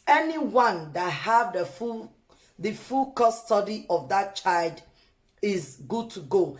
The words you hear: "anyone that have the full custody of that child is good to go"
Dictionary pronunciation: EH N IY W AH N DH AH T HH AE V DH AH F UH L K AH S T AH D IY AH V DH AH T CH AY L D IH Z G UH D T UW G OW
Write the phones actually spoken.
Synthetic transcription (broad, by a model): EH N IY W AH N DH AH T HH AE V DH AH F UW L K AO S T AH D IY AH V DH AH T CH AY L D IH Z G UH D T UW G OW